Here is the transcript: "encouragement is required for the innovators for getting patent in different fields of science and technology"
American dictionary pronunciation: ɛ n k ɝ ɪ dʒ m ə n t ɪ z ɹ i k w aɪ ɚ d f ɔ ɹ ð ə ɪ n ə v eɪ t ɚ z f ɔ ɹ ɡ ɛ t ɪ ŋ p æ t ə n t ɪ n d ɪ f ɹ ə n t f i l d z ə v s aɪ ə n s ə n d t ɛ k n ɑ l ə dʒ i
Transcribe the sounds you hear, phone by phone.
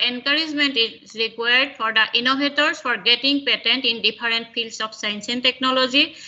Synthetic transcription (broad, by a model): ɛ n k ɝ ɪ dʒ m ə n t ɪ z ɹ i k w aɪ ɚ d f ɔ ɹ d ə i n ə b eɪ t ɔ s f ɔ ɹ ɡ ɛ t ɪ ŋ p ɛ t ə n t ɪ n d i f ɹ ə n t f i l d s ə p s aɪ ə n s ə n t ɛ k n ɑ l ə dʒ i